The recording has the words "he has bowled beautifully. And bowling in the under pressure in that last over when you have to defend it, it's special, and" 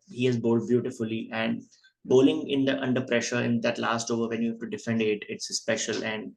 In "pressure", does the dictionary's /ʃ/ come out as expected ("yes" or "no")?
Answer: yes